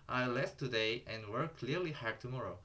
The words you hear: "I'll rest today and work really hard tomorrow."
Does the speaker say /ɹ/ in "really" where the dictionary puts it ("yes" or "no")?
no